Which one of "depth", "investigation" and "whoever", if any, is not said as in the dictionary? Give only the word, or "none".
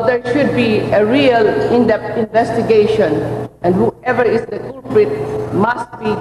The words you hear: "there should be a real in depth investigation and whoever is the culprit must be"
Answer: depth